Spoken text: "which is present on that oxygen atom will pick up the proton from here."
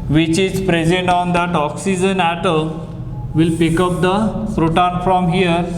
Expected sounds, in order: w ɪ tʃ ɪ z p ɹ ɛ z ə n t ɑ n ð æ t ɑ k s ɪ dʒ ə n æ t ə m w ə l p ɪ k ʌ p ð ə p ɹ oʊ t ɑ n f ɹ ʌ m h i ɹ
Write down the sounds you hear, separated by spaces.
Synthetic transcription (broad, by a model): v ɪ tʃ ɪ z p ɹ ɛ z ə n t ɑ n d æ t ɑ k s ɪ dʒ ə n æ t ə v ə l p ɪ k ʌ p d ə f ɹ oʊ t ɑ n f ɹ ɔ m h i ɹ